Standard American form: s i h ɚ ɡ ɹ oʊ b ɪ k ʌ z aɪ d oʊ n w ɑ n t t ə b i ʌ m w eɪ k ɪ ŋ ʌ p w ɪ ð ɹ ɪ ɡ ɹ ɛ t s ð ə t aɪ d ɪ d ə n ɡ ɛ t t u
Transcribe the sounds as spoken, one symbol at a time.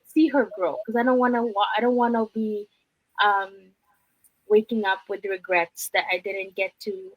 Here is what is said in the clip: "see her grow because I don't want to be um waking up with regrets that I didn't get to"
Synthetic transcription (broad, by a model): s i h ɚ ɡ ɹ oʊ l k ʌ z aɪ d oʊ n w ɑ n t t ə b i ʌ m w eɪ k ɪ ŋ ʌ p w ɪ ð ɹ ɪ ɡ ɹ ɛ t s ð ə t aɪ d ɪ d n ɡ ɛ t t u